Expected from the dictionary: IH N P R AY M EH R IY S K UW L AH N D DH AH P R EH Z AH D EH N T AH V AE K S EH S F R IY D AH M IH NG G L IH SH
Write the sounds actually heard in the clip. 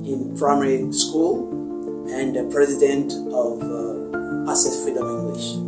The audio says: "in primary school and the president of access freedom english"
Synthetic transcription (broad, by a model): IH N P R AY M EH R IY S K UW L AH N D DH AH P R EH Z AH D EH N T AH V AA S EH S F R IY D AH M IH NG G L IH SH